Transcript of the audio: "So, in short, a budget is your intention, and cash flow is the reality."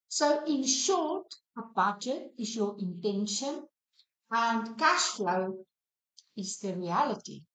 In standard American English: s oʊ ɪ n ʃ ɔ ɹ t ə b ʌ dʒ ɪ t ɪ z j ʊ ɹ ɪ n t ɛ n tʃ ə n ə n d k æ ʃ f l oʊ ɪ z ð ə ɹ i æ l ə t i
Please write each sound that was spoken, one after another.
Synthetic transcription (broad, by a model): s oʊ ɪ n ʃ ɔ ɹ t ə b ʌ dʒ ɪ t ɪ z j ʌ ɹ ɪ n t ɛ n ʃ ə n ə n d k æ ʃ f l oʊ ɪ z ð ə ɹ i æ l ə t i